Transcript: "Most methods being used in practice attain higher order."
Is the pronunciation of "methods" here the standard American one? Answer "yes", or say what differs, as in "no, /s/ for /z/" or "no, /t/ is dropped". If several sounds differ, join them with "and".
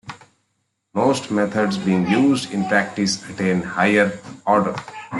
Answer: no, /t/ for /θ/